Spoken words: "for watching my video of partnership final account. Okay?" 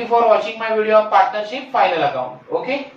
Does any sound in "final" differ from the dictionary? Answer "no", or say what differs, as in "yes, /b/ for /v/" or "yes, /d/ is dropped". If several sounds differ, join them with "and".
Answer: yes, /l/ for /n/